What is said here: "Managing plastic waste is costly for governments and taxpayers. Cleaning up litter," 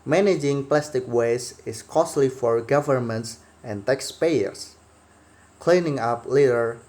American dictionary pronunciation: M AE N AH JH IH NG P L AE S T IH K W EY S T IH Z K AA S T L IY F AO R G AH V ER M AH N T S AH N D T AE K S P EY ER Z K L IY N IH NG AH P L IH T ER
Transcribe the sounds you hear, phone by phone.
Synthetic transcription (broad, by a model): M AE N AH JH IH NG P L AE S T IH K W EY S IH S K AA S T L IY F AO R G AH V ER M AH N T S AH N T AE K S P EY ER S K L IY N IH NG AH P L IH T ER